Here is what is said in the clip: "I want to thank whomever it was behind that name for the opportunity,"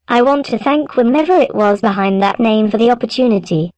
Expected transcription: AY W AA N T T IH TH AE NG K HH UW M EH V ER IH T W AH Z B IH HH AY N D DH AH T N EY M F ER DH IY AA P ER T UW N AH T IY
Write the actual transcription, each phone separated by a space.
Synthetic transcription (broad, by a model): AY W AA N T T IH TH AE NG K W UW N EH V ER IH T W AH Z B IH HH AY N DH AH T N EY M F ER DH IY AA P ER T UW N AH T IY